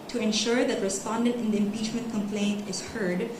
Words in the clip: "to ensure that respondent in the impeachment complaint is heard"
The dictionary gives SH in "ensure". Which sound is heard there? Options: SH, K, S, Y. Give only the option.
SH